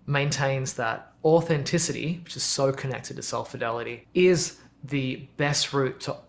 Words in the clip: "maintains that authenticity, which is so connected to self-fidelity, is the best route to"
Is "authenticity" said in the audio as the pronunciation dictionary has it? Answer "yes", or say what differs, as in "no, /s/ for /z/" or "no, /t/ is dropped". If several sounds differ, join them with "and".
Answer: yes